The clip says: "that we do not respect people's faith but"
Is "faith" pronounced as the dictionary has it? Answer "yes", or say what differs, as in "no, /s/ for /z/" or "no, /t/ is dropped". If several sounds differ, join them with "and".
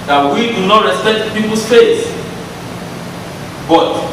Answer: no, /s/ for /θ/